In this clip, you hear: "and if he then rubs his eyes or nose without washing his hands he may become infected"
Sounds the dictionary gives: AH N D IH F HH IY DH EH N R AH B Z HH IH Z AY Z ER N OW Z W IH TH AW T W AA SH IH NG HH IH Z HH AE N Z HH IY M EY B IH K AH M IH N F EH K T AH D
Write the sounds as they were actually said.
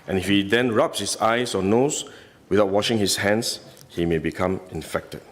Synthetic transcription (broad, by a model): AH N IH F HH IY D EH N R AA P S HH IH S AY S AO N OW S W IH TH AW T W AA SH IH NG HH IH S HH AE N S HH IY M EY B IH K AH M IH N F EH K T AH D